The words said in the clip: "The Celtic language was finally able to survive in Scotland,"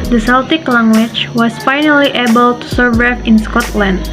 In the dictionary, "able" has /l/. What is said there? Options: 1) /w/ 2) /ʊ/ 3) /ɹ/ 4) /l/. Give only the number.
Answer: 4